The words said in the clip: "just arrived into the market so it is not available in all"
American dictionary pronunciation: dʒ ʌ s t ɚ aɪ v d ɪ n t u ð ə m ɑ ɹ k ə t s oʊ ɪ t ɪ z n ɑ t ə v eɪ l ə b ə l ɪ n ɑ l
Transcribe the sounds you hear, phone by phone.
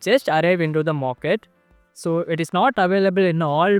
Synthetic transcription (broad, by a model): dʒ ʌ s t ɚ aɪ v ɪ n t u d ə m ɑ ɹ k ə t s oʊ ɪ t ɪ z n ɑ t ə v eɪ l ə b ə l ɪ n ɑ l